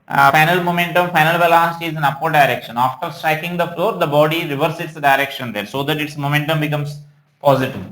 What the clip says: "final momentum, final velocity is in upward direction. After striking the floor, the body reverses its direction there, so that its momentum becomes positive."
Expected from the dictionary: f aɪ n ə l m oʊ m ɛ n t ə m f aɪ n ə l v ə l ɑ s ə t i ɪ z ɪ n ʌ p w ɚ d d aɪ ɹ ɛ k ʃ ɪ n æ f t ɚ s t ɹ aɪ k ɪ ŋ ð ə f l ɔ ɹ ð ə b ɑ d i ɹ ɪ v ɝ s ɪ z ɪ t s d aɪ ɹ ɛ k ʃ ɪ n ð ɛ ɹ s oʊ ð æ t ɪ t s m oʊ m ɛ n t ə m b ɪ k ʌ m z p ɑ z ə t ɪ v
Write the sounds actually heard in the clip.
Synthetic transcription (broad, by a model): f aɪ n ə l m oʊ m ɛ n t ə m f aɪ n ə l b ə l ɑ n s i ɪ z ɪ n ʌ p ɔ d d aɪ ɹ ɛ k ʃ ɪ n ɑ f t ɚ s t ɹ aɪ k ɪ ŋ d ə f l ɔ ɹ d ə b ɑ d i ɹ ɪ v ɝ s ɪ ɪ t s d aɪ ɹ ɛ k ʃ ɪ n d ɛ ɹ s oʊ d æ t ɪ t s m oʊ m ɛ n t ə m b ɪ k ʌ m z p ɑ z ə t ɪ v